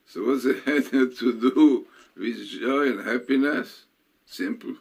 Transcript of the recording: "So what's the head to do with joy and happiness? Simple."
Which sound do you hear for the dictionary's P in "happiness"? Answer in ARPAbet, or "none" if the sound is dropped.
P